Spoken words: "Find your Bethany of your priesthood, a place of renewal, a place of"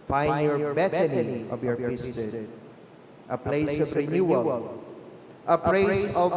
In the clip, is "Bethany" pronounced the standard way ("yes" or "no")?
no